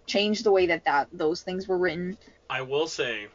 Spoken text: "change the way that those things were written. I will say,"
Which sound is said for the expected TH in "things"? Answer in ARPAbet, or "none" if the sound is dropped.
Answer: TH